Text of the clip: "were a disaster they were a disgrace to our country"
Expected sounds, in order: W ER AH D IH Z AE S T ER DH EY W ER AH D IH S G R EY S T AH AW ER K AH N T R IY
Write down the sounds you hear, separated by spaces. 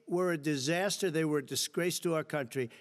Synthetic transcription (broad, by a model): W ER AH D IH Z AE S T ER DH EY W ER D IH S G R EY S T AH AW ER K AH N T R IY